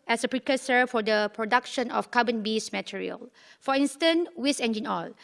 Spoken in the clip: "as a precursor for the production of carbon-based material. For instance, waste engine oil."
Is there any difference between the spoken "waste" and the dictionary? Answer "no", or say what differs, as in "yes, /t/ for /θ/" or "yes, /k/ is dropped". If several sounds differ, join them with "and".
yes, /t/ is dropped